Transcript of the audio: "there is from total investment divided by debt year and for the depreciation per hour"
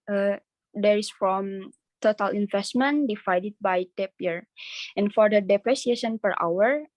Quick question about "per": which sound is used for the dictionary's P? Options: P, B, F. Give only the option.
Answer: P